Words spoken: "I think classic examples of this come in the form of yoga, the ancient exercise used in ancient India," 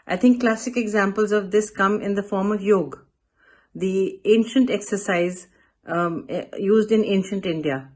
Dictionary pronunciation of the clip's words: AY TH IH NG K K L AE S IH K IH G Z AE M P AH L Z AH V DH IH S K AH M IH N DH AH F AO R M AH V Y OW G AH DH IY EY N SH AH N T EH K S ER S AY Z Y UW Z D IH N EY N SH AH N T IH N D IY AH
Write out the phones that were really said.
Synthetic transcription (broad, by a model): AY T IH NG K K L AE S IH K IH G Z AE M P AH L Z AH V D IH S K AH M IH N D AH F AO R M AH V Y OW G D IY EY N SH AH N T EH K S ER S AY Z Y UW Z D IH N EY N SH AH N T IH N D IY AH